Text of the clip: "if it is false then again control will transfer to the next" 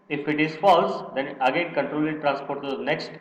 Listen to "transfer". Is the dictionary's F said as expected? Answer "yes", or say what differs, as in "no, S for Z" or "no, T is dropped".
no, P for F